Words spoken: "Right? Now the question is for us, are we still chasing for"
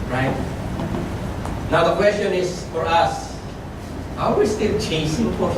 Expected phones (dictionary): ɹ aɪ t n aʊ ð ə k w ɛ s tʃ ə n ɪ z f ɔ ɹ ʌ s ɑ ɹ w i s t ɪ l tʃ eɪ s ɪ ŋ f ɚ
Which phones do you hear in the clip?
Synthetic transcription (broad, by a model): ɹ aɪ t n aʊ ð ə k w ɛ s tʃ ə n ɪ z f ɔ ɹ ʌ s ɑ w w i s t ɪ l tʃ eɪ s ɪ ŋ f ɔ